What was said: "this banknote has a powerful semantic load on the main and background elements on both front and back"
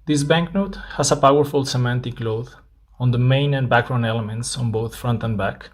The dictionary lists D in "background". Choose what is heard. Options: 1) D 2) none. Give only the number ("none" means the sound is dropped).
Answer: 2